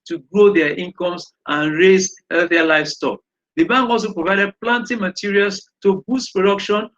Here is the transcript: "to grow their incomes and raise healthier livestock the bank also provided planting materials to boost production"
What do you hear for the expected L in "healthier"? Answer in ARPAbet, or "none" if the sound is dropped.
none